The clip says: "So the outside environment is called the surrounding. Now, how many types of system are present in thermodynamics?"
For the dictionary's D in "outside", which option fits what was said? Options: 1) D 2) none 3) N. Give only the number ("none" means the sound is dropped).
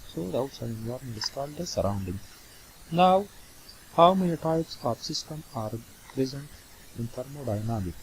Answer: 2